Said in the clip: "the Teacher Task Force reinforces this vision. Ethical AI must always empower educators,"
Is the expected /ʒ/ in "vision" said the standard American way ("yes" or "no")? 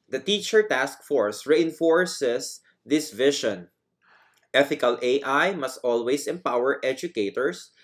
no